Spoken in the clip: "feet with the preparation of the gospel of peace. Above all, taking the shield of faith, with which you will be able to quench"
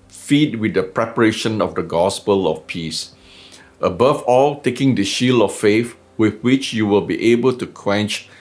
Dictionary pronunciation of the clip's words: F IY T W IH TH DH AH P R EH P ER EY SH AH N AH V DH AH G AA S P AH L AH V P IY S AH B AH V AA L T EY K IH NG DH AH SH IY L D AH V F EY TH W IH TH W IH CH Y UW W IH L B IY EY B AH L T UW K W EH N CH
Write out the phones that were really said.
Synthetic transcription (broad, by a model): F IY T W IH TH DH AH P R EH P ER EY SH AH N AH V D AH G AA S P AH L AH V P IY S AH B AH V AA L T EY K IH NG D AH SH IY L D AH F F EY F W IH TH W IH CH Y UW W IH L B IY EY B AH L T UW K W EH N CH